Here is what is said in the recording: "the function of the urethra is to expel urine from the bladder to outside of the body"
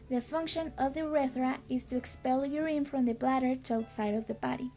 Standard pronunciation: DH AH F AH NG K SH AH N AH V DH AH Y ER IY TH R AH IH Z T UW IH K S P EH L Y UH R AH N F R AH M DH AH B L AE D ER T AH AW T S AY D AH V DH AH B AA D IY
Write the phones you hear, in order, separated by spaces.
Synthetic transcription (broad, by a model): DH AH F AH NG K SH AH N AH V DH AH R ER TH R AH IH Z T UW IH K S P EH L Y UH R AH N F R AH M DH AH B L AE D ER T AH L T S AY D AH V DH AH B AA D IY